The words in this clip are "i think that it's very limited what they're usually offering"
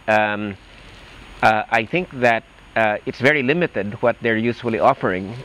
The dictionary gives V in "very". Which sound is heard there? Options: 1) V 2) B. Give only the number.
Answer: 1